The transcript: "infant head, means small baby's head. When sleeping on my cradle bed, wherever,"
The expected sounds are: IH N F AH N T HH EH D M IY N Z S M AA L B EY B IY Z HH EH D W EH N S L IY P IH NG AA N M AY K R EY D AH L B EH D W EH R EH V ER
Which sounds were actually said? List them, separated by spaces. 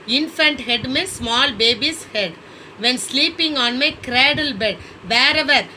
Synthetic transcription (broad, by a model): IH N F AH N T HH EH D M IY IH S M AA L B EY B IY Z HH EH D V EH N S L IY P IH NG AA N M AY K R EY D AH L B EH D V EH R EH V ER